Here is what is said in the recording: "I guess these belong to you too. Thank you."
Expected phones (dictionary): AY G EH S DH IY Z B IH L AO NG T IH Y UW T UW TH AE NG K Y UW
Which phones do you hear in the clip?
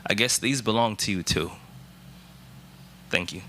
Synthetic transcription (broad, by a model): AY G EH S DH IY Z B IH L AO NG T IH Y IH T UW TH AE NG K Y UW